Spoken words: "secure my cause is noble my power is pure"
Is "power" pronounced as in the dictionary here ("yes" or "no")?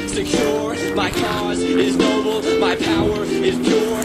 yes